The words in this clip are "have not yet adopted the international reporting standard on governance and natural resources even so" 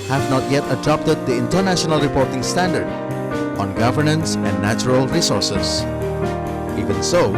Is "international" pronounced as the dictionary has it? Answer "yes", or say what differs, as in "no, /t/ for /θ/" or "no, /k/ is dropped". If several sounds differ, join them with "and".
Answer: yes